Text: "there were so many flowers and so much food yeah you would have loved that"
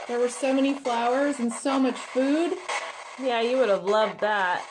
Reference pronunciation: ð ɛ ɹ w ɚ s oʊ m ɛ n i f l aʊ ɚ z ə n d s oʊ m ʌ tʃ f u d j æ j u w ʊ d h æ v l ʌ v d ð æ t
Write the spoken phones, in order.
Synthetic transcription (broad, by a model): ð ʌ ɹ w ɚ s oʊ m ɛ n i f l aʊ ɚ z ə n s oʊ m ʌ tʃ f u d j æ j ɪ w ʊ d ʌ v l ʌ v d ð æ t